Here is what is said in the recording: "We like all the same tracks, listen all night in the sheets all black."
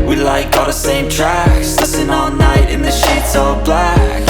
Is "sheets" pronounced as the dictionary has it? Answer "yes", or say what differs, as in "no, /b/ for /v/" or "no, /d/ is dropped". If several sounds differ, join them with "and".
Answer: yes